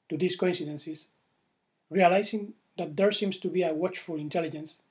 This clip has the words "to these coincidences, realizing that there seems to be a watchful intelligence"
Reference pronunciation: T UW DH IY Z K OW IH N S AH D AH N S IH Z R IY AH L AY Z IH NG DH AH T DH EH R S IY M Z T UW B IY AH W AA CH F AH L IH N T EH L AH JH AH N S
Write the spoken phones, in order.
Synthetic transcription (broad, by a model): T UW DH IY S K OW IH N S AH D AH N S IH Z R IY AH L AY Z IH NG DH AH T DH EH R S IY M S T UW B IY AH W AA CH F AH L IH N T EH L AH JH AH N S